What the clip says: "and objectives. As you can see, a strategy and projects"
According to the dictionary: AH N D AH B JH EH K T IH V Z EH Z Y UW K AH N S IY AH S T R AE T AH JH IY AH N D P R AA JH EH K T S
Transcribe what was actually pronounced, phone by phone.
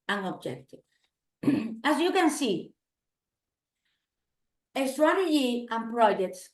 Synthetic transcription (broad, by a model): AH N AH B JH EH K T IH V AA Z Y UW K AH N S IY AH S T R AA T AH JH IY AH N P R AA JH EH K T S